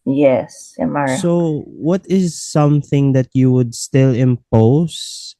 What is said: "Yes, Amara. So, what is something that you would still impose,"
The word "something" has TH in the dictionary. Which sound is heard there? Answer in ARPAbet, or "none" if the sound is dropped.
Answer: TH